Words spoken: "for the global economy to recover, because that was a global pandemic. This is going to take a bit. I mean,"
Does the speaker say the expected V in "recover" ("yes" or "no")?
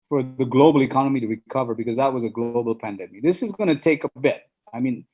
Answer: yes